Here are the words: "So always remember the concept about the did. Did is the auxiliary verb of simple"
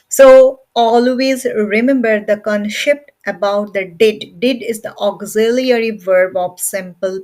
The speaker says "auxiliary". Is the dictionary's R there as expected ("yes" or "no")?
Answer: yes